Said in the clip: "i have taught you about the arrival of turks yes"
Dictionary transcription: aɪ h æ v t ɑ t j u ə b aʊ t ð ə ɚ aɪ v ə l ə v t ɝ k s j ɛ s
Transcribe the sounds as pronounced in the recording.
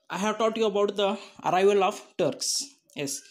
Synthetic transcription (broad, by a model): aɪ h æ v t ɑ t j u ə b aʊ t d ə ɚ aɪ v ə l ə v t ɝ k s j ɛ s